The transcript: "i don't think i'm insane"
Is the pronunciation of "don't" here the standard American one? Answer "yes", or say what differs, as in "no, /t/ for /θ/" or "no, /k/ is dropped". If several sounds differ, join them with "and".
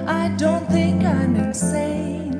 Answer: yes